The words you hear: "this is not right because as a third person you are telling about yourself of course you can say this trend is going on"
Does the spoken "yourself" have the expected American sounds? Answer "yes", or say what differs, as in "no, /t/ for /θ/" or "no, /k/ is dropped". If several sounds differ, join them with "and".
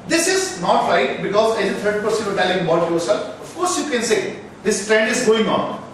no, /f/ is dropped